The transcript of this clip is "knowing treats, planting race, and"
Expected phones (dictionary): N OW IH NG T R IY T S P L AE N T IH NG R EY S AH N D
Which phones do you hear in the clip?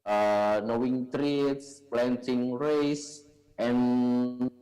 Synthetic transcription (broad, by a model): N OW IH NG T R IY T S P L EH N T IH NG R EY S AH N